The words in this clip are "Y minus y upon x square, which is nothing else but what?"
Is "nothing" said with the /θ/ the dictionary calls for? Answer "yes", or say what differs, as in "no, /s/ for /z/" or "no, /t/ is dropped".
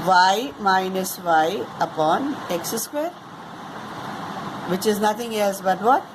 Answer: no, /t/ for /θ/